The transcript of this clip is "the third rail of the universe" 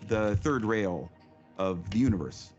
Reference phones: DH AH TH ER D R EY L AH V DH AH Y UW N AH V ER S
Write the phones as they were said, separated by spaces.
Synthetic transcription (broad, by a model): DH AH TH ER D R EY L AH V DH AH Y UW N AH V ER S